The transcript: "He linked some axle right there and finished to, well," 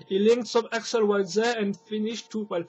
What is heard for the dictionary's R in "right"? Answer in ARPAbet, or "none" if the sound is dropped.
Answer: W